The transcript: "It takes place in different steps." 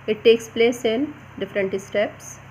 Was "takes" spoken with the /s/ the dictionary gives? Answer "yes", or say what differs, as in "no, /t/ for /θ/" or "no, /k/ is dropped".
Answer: yes